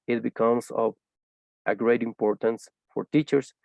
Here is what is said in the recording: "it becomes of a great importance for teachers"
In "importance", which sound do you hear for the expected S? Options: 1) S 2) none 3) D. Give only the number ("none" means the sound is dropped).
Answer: 1